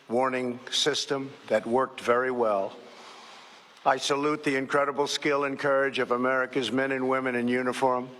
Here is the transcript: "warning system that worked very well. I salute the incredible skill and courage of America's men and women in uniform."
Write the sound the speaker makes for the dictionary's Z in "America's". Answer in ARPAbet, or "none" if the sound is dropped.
Z